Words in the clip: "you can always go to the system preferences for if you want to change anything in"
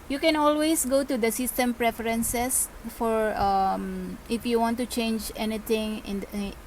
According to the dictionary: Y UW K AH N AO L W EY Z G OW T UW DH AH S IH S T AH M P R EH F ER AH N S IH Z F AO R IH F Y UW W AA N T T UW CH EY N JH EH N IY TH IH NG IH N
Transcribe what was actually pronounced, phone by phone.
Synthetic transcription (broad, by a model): Y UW K AH N AO L W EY S G OW T UW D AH S IH S T AH M P R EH F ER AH N S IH S F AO R IH F Y UW W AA N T T UW CH EY N JH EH N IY T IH NG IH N